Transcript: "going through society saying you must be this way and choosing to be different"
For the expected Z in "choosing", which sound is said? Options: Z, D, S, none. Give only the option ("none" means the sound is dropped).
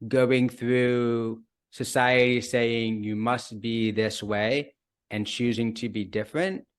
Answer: Z